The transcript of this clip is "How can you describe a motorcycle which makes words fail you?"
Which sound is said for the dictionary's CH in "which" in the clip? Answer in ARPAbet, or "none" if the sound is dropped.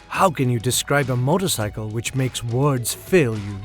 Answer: CH